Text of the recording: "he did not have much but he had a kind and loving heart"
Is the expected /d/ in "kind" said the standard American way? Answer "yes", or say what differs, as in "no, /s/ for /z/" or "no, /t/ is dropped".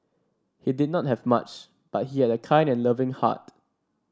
yes